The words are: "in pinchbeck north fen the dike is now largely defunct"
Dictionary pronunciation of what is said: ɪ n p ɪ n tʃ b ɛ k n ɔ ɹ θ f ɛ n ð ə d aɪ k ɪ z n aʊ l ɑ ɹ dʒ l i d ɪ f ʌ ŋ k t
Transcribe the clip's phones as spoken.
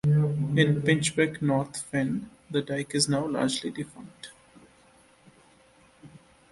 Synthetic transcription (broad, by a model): ɪ n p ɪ n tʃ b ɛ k n ɔ ɹ t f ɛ n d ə d aɪ k ɪ z n aʊ l ɑ ɹ dʒ l i d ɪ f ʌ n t